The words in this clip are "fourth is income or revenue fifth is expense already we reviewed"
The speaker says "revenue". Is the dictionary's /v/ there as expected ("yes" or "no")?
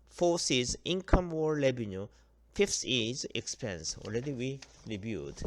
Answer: no